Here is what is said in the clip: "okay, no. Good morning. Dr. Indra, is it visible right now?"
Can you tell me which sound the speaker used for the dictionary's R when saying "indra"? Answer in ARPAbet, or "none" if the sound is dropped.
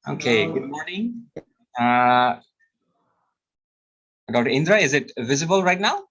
R